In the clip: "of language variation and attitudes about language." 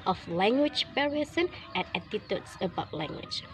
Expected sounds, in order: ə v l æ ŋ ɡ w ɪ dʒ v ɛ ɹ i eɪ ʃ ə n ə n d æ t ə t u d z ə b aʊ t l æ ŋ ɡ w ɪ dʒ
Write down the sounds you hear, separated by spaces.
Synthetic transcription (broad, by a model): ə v l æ ŋ ɡ w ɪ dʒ p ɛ ɹ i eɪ s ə n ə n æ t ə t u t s ə b aʊ t l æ ŋ ɡ w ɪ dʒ